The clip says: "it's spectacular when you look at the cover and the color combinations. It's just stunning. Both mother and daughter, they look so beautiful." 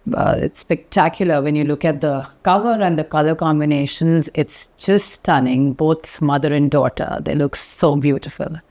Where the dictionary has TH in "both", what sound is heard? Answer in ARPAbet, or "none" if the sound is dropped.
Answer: S